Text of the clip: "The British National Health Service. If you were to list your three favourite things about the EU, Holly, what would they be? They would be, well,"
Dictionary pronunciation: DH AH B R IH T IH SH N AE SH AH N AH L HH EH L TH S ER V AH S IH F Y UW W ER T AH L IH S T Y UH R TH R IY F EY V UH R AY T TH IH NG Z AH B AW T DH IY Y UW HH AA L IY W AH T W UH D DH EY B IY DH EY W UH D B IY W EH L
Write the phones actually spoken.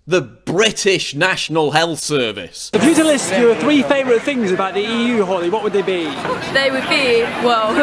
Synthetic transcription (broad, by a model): DH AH B R IH T IH SH N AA SH AH N AH L HH EH L TH S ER V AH S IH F Y UW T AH L IH S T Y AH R TH R IY F EY V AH R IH T TH IH NG Z AH B AW T DH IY Y UW HH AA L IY W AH T W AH D DH EY B IY DH EY W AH D B IY W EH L